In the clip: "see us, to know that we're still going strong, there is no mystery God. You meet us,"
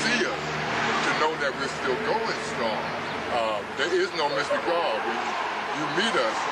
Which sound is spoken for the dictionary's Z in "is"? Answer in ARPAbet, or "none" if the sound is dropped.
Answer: Z